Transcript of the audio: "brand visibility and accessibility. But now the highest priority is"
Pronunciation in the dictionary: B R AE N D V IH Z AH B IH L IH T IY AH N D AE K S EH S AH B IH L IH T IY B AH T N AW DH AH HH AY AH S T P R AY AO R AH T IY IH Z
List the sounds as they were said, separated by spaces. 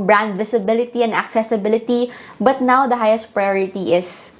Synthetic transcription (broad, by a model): B R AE N D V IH S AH B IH L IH T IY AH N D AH K S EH S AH B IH L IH T IY B AH T N AW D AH HH AY AH S T P R AY AO R AH T IY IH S